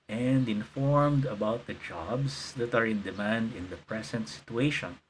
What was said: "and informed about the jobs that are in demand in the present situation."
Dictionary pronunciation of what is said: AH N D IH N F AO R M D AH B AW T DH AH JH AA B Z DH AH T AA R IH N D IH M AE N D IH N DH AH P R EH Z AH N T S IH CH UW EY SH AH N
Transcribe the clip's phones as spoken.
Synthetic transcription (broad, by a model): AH N D IH N F AO R M D AH B AW T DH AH JH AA B S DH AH T AA R IH N D IH M AE N D IH N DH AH P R EH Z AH N T S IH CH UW EY SH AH N